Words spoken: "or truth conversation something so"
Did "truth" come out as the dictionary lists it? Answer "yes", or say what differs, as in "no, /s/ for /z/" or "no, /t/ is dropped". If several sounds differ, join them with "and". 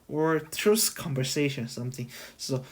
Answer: no, /s/ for /θ/